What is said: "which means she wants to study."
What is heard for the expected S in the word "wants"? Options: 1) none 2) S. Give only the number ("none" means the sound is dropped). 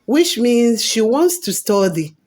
2